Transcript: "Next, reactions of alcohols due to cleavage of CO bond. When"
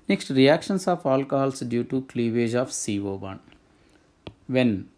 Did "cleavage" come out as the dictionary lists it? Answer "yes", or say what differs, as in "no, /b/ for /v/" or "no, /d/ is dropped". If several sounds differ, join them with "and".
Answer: yes